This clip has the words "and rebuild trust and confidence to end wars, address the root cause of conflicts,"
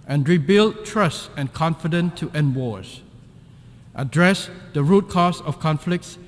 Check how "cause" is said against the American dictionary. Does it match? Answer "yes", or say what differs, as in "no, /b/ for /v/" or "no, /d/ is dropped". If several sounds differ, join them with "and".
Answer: no, /s/ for /z/